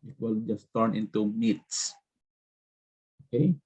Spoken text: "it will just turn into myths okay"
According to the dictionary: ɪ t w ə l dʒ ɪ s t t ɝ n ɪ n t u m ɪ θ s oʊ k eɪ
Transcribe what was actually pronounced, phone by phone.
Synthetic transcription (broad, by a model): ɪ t w ə l dʒ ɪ s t t ɝ n ɪ n t u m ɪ t s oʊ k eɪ